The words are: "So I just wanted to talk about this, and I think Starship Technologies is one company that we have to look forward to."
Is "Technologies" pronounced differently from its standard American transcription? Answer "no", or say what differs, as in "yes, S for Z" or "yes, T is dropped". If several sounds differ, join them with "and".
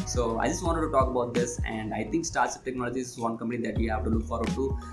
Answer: yes, Z is dropped